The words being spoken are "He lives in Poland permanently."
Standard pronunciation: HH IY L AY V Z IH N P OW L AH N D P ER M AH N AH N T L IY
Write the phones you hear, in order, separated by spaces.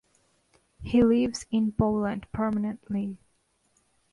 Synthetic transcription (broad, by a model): HH IY L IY V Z IH N B OW L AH N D P ER M AH N AH N T L IY